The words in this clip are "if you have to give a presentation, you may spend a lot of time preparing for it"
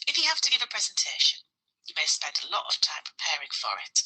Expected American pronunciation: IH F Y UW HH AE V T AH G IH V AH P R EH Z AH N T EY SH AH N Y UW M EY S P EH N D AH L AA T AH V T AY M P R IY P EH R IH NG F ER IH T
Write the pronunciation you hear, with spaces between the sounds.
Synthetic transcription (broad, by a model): IH F Y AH HH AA F T AH G IH V AH P R EH Z AH N T EY SH AH N Y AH M EY S P EH N D AH L AA T AH V T AY M P R IY P EH R IH NG F ER IH T